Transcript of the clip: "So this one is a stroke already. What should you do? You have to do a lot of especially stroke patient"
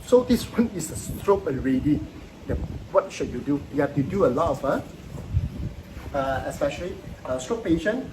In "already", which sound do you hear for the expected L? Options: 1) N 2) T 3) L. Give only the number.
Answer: 1